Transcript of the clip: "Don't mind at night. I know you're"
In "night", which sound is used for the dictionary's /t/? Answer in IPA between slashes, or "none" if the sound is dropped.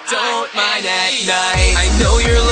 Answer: none